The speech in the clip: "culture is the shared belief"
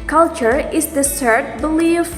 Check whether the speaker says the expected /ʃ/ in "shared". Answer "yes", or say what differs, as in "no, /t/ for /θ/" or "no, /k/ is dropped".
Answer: no, /s/ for /ʃ/